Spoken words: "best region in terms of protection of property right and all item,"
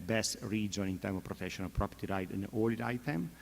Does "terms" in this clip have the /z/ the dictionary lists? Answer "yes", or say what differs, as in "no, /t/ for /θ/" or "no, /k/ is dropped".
no, /z/ is dropped